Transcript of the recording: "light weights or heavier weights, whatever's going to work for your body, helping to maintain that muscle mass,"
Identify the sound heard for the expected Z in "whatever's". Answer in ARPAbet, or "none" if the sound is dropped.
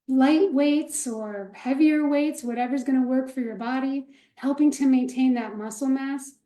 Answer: Z